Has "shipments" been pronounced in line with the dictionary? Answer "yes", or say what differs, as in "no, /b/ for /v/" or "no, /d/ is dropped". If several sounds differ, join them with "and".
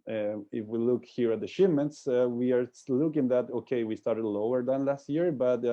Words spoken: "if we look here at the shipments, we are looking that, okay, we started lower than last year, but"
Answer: no, /p/ is dropped